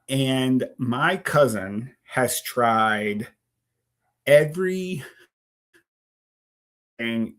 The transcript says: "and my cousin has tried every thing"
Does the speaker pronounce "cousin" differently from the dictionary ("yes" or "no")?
no